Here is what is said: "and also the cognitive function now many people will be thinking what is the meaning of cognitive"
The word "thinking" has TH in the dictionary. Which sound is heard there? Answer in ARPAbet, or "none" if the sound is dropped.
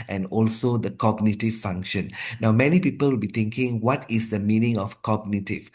T